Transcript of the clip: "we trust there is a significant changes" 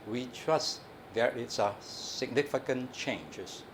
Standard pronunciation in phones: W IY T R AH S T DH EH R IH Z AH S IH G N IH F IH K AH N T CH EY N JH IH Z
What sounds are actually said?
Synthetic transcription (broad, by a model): W IY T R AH S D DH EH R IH S AH S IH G N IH F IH K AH N CH EY N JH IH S